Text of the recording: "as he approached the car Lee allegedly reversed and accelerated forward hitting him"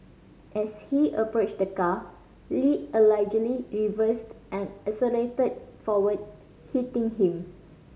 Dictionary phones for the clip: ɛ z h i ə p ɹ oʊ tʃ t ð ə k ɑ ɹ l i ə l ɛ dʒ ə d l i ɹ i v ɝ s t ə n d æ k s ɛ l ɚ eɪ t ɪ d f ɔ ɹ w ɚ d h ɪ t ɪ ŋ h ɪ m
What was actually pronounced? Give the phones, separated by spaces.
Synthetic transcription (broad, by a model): ɛ s h i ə p ɹ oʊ tʃ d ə k ɑ l i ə l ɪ dʒ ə l i ɹ i v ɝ s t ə n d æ s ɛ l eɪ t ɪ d f ɔ w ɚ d h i t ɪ ŋ h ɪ m